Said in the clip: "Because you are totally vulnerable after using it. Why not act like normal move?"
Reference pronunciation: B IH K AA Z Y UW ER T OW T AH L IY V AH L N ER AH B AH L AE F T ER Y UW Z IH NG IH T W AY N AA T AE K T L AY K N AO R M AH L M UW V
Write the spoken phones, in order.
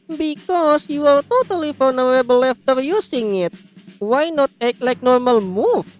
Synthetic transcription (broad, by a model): B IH K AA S Y UW ER T OW T AH L IY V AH L N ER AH B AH L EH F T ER Y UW S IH NG IH T W AY N AA T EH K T L AY K N AO R M AH L M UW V